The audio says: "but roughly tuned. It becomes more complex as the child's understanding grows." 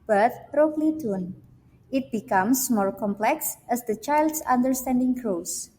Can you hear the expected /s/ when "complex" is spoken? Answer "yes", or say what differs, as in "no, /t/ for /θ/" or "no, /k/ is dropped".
yes